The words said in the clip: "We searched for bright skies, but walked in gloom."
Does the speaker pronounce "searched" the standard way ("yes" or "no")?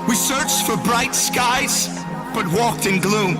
yes